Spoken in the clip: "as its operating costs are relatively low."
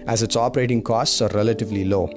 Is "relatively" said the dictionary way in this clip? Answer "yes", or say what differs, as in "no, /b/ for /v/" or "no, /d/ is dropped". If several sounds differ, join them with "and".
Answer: yes